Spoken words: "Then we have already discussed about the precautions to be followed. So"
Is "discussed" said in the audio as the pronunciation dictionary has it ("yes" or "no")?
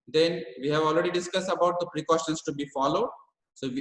yes